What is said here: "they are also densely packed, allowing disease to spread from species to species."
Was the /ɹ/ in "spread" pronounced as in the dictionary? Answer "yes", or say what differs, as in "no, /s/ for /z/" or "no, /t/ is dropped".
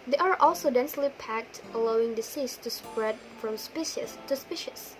yes